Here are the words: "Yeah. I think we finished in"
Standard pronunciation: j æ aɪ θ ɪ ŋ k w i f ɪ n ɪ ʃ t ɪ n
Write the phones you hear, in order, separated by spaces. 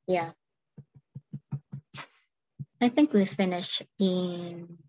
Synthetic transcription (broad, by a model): j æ aɪ θ ɪ ŋ k w i f ɪ n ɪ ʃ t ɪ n